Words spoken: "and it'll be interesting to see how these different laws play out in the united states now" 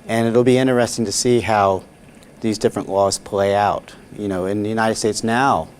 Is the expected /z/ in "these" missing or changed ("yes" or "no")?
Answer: no